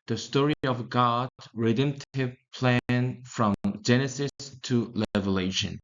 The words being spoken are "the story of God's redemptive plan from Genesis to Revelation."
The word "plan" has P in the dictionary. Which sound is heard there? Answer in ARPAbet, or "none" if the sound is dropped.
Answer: P